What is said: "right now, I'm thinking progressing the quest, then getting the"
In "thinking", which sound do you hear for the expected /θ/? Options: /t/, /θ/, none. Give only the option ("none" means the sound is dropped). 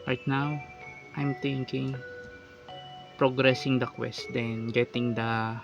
/t/